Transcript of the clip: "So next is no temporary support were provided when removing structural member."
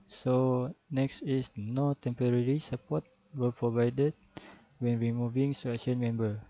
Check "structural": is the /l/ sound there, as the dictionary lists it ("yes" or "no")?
no